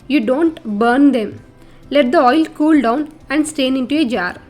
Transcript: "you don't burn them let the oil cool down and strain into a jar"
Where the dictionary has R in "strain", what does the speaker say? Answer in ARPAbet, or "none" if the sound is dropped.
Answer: none